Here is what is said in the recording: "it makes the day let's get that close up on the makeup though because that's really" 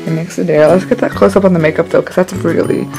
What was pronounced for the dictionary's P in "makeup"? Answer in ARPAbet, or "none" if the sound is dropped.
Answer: P